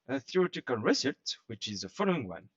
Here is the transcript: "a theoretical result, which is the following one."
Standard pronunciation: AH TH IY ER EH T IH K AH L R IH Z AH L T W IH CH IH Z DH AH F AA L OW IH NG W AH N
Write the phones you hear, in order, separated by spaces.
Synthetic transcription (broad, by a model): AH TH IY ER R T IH K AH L R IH S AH T W IH CH IH Z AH F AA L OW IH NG W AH N